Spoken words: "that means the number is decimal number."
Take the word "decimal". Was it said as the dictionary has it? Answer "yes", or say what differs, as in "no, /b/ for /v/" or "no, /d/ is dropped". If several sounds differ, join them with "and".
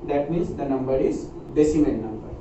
no, /n/ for /l/